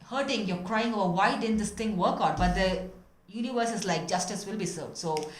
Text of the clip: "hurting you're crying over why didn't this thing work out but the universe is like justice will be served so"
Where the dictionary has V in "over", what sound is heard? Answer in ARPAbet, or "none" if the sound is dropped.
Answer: B